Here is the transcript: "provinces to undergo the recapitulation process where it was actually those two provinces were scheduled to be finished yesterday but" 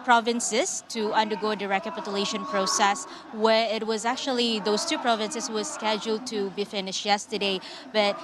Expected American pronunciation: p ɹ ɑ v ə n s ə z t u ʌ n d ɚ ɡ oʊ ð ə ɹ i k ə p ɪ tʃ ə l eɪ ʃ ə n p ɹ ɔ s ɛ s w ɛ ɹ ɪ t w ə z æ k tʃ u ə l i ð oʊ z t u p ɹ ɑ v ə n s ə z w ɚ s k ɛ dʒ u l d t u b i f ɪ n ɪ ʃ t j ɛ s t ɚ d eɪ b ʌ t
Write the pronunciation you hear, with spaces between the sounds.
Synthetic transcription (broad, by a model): p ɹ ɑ v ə n s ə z t u ʌ n d ɚ ɡ oʊ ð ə ɹ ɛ k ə p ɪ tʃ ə l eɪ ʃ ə n p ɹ ɔ s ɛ s w ɛ ɹ ɪ t w ə z æ k tʃ u ə l i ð oʊ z t u p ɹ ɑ v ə n s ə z w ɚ s k ɛ dʒ u l d t u b i f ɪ n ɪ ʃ j ɛ s t ɚ d eɪ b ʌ t